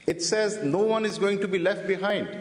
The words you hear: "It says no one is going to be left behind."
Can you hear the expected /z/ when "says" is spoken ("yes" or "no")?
yes